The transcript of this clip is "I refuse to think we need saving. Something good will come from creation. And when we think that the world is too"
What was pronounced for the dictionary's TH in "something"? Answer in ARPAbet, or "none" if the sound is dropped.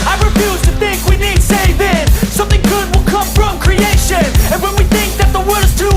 TH